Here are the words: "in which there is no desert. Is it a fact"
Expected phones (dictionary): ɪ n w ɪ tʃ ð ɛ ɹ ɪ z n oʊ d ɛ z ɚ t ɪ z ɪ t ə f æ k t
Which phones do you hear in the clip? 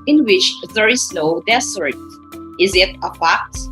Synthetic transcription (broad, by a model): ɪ n w ɪ tʃ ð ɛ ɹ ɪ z n oʊ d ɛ s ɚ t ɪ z ɪ t ə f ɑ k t